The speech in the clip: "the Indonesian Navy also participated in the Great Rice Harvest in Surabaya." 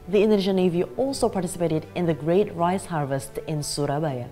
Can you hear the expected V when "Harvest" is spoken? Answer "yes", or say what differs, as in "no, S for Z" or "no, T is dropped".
yes